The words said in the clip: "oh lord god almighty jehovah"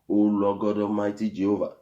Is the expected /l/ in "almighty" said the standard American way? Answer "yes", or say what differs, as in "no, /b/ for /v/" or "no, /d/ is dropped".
no, /l/ is dropped